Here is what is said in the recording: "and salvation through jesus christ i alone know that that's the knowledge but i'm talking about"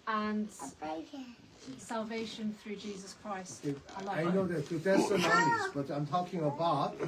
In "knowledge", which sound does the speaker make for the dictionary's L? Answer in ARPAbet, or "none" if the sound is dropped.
none